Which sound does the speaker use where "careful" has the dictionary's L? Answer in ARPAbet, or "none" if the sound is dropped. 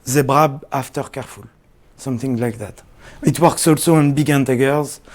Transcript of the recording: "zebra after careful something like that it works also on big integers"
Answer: L